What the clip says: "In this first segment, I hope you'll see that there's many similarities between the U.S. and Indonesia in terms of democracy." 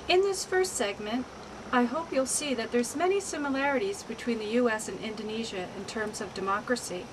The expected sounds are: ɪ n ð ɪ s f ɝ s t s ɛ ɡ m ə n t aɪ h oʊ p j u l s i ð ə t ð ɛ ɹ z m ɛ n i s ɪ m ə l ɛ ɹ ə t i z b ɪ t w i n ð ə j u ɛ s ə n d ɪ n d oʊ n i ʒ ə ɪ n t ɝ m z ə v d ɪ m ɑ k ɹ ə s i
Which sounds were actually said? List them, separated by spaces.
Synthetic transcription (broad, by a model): ɪ n ð ɪ s f ɝ s t s ɛ ɡ m ə n t aɪ h oʊ p j u l s i ð ə t ð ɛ ɹ z m ɛ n i s ɪ m ə l ɛ ɹ ə t i z b ɪ t w i n ð ə j u ɛ s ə n ɪ n d oʊ n i ʒ ə ɪ n t ɝ m z ə v d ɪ m ɑ k ɹ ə s i